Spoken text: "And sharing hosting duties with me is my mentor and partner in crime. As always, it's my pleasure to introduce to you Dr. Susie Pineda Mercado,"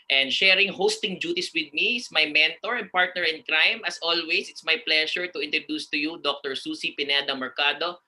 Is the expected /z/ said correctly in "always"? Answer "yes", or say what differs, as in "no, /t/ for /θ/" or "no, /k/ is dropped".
no, /s/ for /z/